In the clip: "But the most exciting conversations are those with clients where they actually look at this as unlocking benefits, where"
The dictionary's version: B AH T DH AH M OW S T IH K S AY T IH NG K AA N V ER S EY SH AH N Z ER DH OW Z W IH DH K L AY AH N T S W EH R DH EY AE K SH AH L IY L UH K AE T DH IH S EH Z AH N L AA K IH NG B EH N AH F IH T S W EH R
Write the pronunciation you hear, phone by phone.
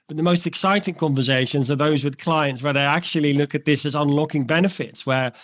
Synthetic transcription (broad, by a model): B AH T DH AH M OW S T IH K S AY T IH NG K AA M V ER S EY SH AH N Z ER DH OW Z W IH DH K L AY AH N T S W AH R DH EY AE K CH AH L IY L UH K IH T DH IH S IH Z AH N L AA K IH NG B EH N AH F IH T S W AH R